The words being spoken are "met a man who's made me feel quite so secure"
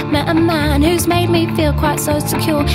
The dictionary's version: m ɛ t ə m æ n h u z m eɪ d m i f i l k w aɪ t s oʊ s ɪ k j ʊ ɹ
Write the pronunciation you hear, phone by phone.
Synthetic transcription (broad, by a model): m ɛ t ə m æ n h u z m eɪ d m i f i l k w aɪ t s oʊ s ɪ k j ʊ ɹ